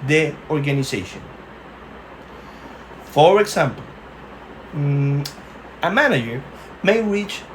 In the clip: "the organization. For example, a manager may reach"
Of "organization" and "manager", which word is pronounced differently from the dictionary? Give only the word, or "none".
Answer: organization